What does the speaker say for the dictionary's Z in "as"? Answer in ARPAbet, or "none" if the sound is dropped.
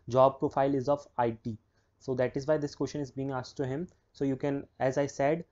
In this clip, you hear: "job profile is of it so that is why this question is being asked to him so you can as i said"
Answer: Z